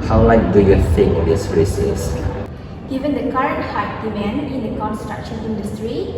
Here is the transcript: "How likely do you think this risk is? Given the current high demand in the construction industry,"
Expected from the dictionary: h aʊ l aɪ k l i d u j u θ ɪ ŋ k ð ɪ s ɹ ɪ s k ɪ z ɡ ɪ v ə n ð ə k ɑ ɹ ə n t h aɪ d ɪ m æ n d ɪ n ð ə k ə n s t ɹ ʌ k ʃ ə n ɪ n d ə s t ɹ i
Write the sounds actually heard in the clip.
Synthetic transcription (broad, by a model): h aʊ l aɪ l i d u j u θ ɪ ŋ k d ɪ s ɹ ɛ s ɪ s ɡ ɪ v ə n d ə k ɑ ɹ ə n t h aɪ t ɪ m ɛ n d ɪ n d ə k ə n s t ɹ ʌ k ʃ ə n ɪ n d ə s t ɹ i